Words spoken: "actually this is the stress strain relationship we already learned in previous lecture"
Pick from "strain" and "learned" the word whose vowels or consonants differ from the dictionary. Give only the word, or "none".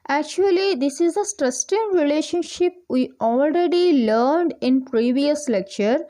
strain